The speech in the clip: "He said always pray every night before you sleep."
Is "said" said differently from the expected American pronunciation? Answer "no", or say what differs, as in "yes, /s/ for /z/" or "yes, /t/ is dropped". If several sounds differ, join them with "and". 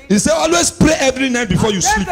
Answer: yes, /d/ is dropped